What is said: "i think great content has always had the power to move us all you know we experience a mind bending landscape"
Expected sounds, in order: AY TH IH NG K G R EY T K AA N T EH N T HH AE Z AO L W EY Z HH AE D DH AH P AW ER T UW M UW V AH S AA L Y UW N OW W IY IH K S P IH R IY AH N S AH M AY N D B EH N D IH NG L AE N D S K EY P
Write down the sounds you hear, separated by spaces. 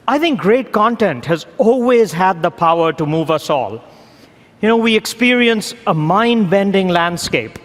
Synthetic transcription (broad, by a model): AY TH IH NG K G R EY T K AA N T EH N T HH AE Z AO L W EY Z HH AE D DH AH P AW ER T UW M UW V AH S AA L Y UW N OW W IY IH K S P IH R IY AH N S AH M AY N D B EH N D IH NG L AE N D S K EY P